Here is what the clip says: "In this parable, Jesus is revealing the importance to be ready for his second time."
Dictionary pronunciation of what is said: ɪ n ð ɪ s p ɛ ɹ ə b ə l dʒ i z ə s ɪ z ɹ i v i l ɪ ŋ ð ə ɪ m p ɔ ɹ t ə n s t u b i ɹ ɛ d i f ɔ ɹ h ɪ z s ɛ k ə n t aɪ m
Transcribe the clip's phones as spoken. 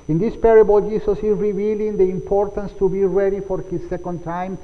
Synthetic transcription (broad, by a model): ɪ n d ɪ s p ɛ ɹ ə b ə l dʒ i s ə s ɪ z ɹ i v i l ɪ ŋ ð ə ɪ m p ɔ ɹ t ə n s t u b i ɹ ɛ d i f ɔ ɹ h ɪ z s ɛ k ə n t aɪ m